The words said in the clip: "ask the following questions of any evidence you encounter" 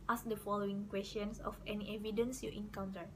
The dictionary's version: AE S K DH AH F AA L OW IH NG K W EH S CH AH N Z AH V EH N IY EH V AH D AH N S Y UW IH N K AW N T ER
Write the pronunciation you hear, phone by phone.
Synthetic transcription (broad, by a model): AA S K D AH F AA L OW IH NG K W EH S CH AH N S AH F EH N IY EH V AH D AH N S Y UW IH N K AW N T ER